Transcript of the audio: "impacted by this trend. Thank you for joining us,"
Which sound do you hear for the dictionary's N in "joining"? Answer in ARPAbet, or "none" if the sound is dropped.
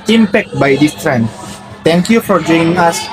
none